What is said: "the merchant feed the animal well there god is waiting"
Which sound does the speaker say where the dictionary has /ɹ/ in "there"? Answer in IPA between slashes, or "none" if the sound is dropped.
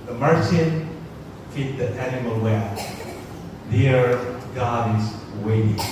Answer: /ɹ/